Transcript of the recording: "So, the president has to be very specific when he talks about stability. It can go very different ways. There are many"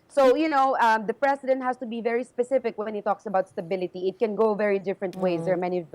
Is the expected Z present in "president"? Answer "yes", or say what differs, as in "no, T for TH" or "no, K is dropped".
no, S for Z